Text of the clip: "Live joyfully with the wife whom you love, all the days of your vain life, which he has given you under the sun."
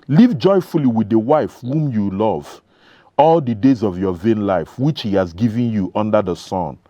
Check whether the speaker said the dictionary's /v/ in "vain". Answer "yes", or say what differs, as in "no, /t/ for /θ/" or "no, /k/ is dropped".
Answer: yes